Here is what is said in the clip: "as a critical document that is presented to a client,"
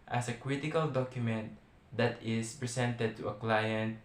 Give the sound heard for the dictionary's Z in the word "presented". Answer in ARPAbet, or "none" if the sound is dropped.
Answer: S